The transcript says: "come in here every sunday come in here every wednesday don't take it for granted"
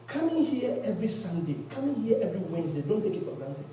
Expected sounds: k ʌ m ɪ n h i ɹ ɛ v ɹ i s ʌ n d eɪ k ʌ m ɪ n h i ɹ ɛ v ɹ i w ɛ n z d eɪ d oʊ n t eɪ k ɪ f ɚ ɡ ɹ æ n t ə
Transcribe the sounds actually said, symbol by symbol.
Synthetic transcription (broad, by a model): k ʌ m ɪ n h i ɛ ɛ v ɹ i s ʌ n d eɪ k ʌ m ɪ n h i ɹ ɛ v ɹ i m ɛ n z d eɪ d oʊ n t eɪ k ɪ p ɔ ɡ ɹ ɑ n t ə